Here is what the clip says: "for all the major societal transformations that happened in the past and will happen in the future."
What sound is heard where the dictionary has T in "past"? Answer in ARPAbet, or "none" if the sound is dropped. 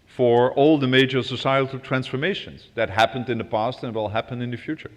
T